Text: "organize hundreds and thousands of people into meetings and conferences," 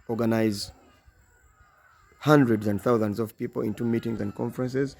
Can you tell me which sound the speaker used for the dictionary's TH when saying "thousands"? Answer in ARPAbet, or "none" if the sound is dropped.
TH